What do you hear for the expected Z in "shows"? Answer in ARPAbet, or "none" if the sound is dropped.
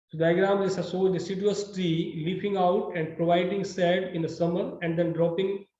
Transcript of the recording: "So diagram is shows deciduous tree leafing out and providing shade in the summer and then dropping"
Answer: none